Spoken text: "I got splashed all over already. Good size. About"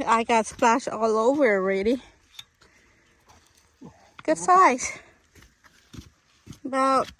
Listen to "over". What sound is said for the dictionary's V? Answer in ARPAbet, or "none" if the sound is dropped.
V